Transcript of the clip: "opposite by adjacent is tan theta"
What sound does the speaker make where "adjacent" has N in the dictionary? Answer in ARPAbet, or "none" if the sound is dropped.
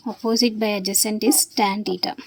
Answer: N